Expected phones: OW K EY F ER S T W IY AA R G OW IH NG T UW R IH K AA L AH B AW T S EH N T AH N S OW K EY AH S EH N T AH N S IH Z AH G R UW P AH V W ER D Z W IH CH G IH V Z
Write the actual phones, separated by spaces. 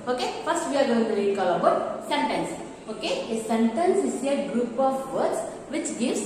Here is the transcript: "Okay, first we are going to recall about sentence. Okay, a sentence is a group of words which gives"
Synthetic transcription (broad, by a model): OW K EY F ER S T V IY AA R G OW IH NG T UW L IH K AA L AH B AW T S EH N T AH N S OW K EY AH S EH N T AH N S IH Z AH G R UW P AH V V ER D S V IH CH G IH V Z